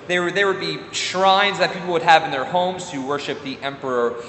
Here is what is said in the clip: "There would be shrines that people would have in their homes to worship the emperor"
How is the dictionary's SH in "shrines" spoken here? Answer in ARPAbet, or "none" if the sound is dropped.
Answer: SH